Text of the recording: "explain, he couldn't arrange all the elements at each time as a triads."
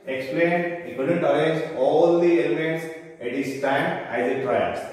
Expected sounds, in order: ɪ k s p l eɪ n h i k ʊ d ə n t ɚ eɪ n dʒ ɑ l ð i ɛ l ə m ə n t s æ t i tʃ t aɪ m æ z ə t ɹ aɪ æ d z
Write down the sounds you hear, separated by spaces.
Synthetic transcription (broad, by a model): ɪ k s p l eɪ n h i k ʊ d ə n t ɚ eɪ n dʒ ɑ l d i ɛ l ə m ə n t s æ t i s t aɪ m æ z ə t ɹ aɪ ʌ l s